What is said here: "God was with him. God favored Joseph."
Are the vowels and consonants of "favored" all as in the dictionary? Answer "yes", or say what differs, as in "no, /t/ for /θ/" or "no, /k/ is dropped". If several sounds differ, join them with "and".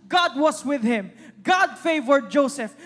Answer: yes